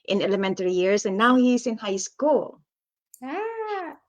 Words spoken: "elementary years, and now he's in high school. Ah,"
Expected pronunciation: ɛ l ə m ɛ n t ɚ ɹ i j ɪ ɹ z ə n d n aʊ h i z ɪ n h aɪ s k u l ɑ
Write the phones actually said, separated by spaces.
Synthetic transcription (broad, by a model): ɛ l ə m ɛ n t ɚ ɹ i j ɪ ɹ s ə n n aʊ h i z ɪ n h aɪ s k u l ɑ